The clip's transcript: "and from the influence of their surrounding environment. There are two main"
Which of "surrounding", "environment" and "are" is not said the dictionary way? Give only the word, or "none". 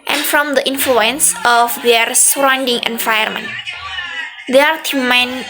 environment